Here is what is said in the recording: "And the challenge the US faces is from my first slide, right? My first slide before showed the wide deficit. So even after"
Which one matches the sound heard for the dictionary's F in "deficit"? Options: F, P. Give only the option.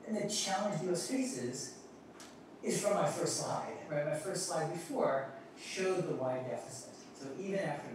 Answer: F